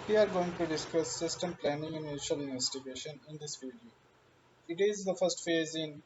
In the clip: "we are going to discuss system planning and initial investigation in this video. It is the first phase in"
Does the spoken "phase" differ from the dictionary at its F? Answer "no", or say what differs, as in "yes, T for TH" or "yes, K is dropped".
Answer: no